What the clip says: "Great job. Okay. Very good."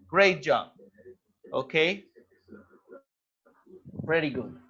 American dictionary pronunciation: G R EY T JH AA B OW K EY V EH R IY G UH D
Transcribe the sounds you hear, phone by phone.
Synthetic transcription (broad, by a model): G R EY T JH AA OW K EY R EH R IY G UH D